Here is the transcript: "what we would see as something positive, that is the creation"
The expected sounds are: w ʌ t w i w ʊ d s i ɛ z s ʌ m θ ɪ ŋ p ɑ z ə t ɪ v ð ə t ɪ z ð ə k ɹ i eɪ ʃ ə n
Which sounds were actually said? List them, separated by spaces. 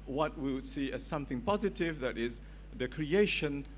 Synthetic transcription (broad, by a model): w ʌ t w i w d s i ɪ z s ʌ m θ ɪ ŋ p ɑ z ə t ɪ v ð ə t ɪ z ð ə k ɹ i eɪ ʃ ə n